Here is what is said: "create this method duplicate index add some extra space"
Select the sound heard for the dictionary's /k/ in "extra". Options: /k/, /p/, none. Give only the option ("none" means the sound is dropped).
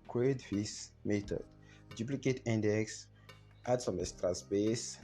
none